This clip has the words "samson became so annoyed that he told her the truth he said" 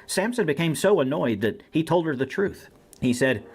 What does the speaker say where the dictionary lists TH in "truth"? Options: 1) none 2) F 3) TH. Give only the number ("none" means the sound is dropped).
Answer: 3